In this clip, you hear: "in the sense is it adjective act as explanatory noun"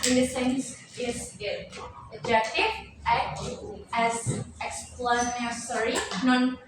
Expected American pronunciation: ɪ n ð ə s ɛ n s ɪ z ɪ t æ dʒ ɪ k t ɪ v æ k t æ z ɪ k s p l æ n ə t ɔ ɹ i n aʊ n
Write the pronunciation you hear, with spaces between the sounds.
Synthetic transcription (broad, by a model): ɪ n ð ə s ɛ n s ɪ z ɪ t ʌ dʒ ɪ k t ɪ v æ t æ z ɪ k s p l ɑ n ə s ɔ ɹ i n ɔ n